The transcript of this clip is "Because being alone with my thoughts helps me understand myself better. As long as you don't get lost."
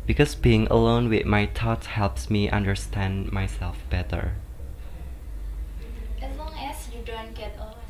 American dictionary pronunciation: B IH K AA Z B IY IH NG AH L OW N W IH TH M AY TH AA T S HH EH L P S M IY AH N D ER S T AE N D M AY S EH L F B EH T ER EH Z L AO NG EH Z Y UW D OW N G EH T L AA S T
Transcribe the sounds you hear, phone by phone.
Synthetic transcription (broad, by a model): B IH K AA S B IY IH NG AH L OW N W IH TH M AY T AA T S HH EH L P S M IY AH N D ER S T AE N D M AY S EH L F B EH T ER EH S L AO NG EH S Y UW D OW N G EH T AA